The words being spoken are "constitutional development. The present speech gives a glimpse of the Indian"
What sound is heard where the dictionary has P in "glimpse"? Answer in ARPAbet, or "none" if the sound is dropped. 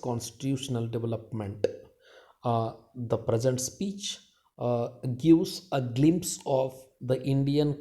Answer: P